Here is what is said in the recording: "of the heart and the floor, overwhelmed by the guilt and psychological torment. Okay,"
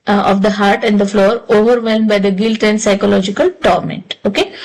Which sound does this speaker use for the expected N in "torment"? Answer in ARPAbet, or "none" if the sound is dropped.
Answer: N